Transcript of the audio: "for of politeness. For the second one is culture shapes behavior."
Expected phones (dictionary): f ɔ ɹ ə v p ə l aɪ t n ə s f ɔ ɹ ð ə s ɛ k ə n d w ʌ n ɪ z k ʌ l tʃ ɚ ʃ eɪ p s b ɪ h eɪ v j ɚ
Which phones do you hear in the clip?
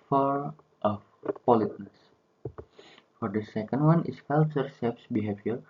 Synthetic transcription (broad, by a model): f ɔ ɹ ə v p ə l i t n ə s f ɔ ɹ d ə s ɛ k ə n d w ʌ n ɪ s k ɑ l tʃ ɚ s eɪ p s b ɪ h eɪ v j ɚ